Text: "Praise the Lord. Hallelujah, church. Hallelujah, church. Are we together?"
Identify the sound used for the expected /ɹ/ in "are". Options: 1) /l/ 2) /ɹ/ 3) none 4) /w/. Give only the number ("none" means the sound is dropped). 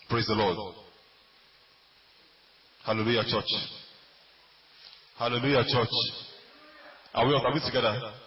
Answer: 4